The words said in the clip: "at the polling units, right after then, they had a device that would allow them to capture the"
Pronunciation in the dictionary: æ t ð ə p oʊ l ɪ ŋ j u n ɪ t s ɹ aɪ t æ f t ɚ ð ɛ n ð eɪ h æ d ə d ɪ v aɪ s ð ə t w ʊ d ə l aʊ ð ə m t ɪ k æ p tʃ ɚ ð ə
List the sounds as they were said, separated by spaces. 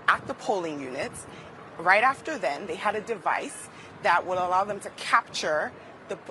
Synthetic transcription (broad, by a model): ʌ t ð ə p oʊ l ɪ ŋ j u n ɪ t s ɹ aɪ t æ f t ɚ ð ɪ n ð eɪ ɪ d ə d ɪ v aɪ s ð ə t w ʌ d ə l aʊ ð ə m t ɪ k æ p tʃ ɚ ð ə